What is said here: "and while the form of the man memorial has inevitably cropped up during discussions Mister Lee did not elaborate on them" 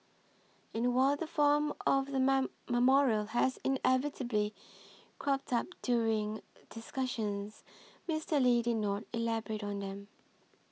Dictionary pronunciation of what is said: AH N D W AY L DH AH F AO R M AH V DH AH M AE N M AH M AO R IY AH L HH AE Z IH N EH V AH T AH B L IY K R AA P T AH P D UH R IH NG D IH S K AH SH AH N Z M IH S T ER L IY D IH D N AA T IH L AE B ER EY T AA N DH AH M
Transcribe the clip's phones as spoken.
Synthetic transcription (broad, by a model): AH N W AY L DH AH F AO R M AH V DH AH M M AH M AO R IY AH L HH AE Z IH N EH V AH T AH B L IY K R AA P T AH P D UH R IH NG D IH S K AH SH AH N Z M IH S T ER L IY D IH D N AA T IH L AE B ER EY T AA N DH AH M